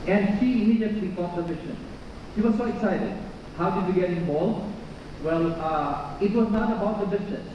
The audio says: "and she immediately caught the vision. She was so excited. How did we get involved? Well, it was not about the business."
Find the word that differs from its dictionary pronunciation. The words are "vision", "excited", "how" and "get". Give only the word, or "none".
vision